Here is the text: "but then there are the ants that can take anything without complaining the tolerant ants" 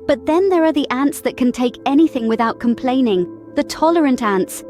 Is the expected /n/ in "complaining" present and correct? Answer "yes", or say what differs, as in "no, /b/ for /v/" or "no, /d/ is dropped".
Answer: yes